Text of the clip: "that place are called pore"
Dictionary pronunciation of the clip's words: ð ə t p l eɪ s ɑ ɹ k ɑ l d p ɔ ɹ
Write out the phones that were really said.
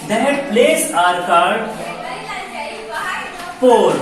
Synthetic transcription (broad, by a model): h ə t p l eɪ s ɑ ɹ k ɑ d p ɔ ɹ